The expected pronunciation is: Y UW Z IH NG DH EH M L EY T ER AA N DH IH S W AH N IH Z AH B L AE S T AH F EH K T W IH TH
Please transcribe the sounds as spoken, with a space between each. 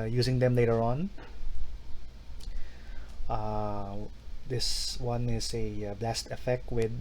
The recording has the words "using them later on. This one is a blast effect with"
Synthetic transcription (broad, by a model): Y UW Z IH NG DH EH M L EY T ER AA N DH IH S W AH N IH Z AH B L AE S T AH F EH K T W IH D